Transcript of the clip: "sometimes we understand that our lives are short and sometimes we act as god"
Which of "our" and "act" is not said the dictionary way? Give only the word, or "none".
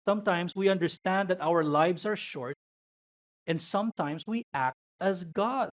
none